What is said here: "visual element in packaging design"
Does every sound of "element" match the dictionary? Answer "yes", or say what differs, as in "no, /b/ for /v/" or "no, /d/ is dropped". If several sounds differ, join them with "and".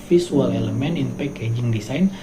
no, /t/ is dropped